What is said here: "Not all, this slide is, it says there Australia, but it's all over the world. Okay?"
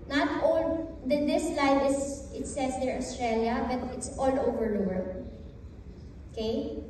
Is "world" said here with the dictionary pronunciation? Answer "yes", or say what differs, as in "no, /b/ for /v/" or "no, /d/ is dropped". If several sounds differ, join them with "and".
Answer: no, /d/ is dropped